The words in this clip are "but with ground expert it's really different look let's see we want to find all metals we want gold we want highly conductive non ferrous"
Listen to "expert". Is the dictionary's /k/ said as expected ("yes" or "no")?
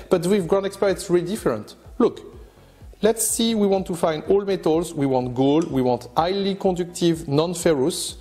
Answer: yes